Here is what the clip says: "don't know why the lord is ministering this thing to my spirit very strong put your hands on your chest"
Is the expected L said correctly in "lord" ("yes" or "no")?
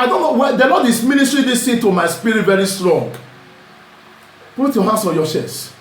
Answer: no